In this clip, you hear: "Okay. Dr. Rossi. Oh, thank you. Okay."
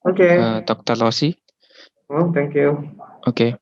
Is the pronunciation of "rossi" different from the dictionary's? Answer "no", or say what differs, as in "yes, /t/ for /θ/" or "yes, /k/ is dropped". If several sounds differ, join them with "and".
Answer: yes, /l/ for /ɹ/